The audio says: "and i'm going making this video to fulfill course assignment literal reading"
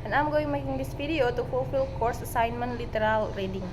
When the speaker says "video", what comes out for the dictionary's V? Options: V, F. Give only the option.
F